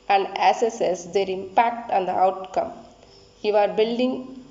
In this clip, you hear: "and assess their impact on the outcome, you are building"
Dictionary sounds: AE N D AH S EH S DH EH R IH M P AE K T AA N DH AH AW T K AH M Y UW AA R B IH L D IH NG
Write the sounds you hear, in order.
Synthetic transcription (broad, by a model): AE N D AH S EH S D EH R IH M P AE K T AA N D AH AW T K AH M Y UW AA R B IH L D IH NG